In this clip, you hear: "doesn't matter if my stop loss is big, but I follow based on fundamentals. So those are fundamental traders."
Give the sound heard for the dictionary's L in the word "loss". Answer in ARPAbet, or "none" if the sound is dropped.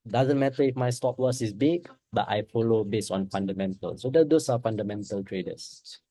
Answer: W